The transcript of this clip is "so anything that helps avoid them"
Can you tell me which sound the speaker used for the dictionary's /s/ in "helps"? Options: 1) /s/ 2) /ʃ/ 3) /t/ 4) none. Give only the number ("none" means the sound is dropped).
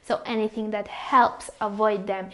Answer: 1